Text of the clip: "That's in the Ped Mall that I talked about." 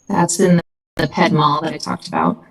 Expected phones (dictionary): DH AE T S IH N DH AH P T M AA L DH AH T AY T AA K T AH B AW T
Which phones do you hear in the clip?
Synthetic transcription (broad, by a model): DH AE T S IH N DH AH P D M AA L DH AH T AY T AA K T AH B AW T